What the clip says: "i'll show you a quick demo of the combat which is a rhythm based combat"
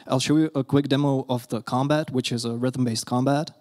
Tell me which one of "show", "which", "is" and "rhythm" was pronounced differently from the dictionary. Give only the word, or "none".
none